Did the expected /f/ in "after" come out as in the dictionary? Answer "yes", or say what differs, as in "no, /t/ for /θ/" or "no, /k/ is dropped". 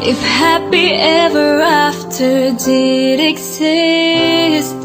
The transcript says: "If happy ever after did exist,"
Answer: yes